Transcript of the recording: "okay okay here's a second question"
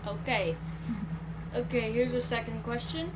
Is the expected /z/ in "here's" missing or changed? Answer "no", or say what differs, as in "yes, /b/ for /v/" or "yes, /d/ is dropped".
no